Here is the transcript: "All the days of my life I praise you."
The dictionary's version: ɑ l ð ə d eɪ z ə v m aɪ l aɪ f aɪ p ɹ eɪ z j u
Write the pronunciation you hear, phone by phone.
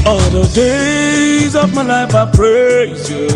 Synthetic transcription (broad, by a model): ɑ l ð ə d eɪ z ə v m aɪ l aɪ f aɪ p ɹ eɪ z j